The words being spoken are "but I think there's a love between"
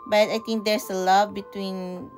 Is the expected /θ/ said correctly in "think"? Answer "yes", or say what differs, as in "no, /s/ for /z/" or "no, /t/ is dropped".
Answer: no, /t/ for /θ/